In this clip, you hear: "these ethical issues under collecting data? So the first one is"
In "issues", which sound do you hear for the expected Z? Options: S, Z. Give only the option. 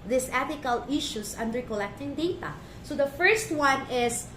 S